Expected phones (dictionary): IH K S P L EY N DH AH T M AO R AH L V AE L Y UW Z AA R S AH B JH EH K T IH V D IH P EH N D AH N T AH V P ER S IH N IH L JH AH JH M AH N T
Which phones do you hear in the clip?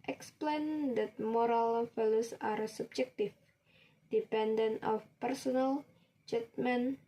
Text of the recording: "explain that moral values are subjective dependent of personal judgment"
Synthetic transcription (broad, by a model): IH K S P L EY N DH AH T M AO R AH L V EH L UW S AA R S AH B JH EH K T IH F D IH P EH N D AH N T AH F P ER S IH N IH L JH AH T M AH N